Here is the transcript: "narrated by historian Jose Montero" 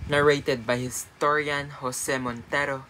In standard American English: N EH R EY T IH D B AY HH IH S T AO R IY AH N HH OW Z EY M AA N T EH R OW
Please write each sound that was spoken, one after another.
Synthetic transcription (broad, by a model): N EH R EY T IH D B AY HH IH S T AO R IY AH N HH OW S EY M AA N T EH R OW